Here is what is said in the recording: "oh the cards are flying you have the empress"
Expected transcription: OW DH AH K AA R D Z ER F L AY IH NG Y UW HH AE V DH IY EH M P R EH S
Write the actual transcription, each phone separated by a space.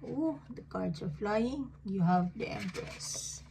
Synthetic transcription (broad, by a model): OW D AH K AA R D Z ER F L AY IH NG Y UW HH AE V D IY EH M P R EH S